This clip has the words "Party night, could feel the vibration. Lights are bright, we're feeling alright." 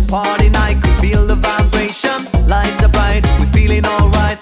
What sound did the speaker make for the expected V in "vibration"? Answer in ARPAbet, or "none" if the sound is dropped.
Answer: V